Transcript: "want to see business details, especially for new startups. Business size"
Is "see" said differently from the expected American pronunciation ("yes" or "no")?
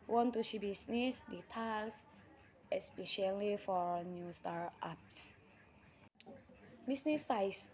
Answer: yes